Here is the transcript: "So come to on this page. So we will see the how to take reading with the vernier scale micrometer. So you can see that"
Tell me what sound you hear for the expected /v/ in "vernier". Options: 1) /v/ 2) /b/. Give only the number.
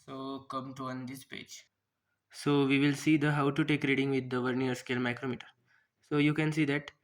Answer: 1